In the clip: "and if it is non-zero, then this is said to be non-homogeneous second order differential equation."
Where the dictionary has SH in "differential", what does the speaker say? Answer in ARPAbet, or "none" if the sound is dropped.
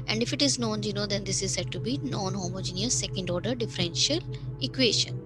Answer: SH